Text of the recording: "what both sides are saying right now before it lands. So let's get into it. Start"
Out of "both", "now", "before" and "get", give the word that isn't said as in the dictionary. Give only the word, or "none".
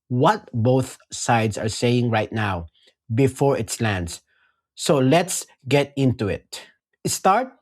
none